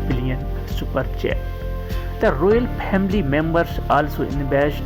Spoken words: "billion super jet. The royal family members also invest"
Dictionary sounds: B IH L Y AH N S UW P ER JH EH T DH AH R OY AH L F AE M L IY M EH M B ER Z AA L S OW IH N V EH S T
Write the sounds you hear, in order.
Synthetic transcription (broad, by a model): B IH L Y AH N S UW P ER CH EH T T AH R OY AH L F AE M L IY M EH M B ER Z AA L S OW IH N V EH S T